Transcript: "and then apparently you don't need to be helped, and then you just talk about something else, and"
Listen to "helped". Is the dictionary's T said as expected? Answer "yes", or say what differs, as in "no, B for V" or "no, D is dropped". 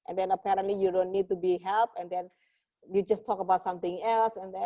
no, T is dropped